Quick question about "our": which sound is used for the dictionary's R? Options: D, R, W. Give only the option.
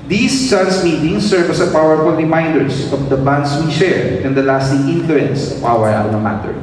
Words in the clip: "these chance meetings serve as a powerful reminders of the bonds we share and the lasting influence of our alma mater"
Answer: W